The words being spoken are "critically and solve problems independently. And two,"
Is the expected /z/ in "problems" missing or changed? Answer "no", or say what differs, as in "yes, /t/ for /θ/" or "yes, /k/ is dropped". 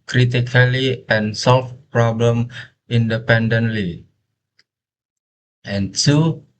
yes, /z/ is dropped